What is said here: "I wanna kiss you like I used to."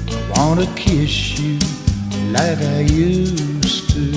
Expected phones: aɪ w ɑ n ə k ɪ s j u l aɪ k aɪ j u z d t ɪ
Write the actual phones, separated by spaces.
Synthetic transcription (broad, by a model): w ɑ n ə k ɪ ʃ j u l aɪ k aɪ j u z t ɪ